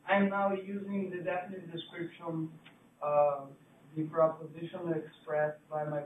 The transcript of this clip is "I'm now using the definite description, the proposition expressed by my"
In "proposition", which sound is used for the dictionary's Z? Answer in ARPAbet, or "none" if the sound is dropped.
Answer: Z